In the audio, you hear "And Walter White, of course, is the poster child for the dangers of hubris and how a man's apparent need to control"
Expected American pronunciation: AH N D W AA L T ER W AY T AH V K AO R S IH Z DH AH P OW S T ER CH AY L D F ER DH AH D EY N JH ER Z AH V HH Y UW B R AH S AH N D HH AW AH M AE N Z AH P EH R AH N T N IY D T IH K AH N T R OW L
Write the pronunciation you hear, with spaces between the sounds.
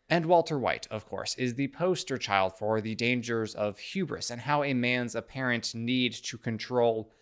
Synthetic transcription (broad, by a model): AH N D W AA L T ER W AY T AH V K AO R S IH Z DH AH P OW S T ER CH AY L D F ER DH AH D EY N JH ER Z AH V HH Y UW B R AH S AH N HH AW AH M AE N Z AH P EH R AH N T N IY D T IH K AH N T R OW L